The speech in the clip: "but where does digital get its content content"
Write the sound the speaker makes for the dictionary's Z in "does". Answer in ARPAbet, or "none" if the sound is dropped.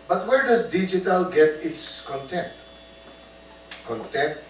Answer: S